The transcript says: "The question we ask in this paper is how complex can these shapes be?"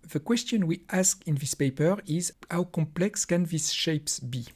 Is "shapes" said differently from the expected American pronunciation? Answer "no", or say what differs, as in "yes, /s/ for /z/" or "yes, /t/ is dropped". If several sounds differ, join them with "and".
no